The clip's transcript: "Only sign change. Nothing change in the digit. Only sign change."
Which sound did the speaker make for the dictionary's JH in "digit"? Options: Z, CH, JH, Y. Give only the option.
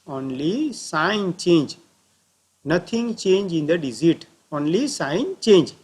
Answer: Z